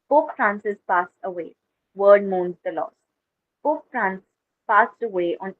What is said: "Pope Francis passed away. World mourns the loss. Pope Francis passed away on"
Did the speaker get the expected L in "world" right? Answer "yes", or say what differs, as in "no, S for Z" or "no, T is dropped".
no, L is dropped